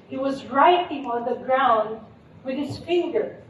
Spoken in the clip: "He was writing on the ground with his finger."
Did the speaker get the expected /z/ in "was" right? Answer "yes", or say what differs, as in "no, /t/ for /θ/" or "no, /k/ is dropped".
yes